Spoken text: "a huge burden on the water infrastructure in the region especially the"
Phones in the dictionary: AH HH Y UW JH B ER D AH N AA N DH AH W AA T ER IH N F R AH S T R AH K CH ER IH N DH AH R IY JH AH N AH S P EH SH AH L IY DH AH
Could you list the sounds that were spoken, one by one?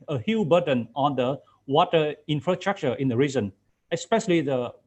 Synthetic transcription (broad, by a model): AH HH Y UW B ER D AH N AA N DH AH W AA T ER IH N F R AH S T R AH K CH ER IH N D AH R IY Z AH N AH S P EH SH AH L IY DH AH